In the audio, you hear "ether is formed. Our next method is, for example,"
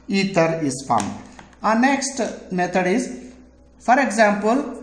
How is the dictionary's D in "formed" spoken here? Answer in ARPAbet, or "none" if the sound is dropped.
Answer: none